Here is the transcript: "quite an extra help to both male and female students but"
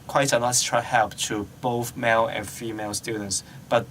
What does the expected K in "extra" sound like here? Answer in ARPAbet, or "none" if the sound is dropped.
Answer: none